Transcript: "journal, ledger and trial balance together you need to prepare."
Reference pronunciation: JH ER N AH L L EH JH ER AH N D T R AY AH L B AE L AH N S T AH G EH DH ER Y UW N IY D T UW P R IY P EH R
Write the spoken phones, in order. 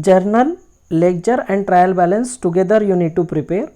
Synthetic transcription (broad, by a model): JH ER N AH L L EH CH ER AH N D T R AY AH L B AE L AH N S T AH G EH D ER Y UW N IY D T UW P R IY P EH R